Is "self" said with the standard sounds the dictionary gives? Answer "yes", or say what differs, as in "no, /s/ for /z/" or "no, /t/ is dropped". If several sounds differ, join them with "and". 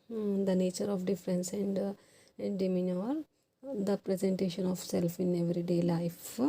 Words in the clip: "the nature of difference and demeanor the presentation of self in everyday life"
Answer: yes